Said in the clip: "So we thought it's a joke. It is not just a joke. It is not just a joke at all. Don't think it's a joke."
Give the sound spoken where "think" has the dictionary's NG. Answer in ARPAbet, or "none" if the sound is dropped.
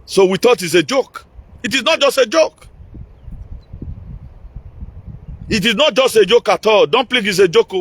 none